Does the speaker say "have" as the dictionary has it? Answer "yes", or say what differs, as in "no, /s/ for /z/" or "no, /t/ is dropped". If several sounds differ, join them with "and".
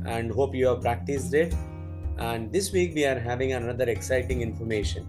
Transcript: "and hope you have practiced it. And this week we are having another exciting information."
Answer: yes